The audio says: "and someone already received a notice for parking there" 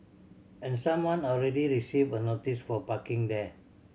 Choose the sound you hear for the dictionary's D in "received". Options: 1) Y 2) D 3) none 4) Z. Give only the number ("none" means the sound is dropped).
3